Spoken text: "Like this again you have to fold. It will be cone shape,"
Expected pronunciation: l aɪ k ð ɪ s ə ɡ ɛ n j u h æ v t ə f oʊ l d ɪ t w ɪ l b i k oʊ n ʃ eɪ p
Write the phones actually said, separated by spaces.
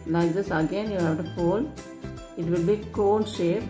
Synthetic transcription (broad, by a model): l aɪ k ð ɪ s ə ɡ ɛ n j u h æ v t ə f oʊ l ɪ t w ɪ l b i k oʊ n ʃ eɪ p